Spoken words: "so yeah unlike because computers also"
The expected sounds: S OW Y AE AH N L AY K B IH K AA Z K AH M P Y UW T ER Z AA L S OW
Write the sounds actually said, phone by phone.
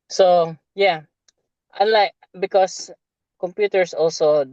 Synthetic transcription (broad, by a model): S OW Y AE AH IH L AY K B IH K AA S K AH M P Y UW T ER S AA L S OW